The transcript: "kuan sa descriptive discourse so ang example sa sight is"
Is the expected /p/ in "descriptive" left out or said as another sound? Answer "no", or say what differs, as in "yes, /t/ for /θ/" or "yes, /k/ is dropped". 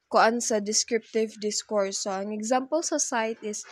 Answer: no